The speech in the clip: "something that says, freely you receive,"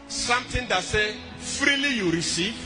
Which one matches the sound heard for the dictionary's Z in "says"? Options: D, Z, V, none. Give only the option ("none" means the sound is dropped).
none